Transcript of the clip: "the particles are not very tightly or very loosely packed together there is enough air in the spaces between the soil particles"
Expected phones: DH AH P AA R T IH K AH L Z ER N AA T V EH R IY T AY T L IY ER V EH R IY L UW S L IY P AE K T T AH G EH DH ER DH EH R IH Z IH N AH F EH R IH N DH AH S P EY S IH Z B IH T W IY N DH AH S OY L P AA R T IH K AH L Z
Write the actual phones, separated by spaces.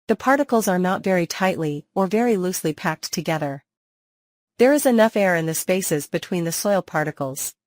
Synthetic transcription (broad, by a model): DH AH P AA R T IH K L Z ER N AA T V EH R IY T AY T L IY ER V EH R IY L UW S L IY P AE K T T AH G EH DH ER DH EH R IH Z IH N AH F EH R IH N DH AH S P EY S IH Z B IH T W IY N DH AH S OY L P AA R T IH K L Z